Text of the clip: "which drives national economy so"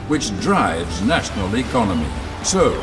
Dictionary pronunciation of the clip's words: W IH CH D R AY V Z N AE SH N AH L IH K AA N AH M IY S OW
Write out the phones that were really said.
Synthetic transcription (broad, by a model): W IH CH D R AY V Z N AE SH N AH L IH K AA N AH M IY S OW